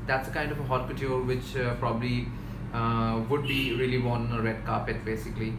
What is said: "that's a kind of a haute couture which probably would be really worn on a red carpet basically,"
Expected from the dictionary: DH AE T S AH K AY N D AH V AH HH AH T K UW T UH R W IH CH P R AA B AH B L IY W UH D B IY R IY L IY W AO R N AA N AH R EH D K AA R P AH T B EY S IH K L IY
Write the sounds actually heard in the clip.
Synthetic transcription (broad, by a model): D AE T S AH K AY N D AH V AH HH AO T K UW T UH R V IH CH P R AA B AH B L IY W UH D B IY R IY IY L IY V AA N AH R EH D K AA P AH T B EY S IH K L IY